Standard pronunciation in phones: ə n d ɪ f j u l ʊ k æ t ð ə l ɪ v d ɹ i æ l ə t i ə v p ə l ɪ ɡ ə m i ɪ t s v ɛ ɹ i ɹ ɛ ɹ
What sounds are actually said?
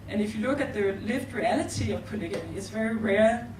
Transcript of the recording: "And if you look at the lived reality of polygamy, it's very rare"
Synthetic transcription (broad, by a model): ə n ɪ f j u l ʊ k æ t ð ə l ɪ v d ɹ i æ l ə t i ə v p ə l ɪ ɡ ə i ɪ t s v ɛ ɹ i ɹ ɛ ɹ